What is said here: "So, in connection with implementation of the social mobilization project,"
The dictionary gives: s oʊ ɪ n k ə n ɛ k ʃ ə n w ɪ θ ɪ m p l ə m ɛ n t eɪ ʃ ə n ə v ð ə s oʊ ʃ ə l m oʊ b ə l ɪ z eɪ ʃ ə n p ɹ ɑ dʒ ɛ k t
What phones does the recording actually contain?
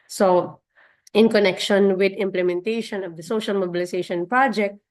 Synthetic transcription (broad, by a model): s oʊ ɪ n k ə n ɛ k ʃ ə n w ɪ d ɪ m p l ə m ɛ n t eɪ ʃ ə n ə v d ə s oʊ ʃ ə l m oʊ b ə l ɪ s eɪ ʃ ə n p ɹ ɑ dʒ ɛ k t